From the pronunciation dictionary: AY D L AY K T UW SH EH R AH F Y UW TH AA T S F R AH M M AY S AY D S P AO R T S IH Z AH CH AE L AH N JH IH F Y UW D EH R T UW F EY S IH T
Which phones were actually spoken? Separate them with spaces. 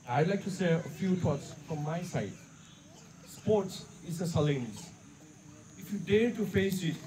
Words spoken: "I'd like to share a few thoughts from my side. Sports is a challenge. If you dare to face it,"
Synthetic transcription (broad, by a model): AY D L AY K T UW S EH AH F Y UW T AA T S F R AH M M AY S AY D S P AO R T S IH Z AH S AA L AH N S IH F Y UW D EH R T UW F EY S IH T